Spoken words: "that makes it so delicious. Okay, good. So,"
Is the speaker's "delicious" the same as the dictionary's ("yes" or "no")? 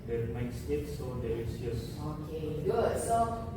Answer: no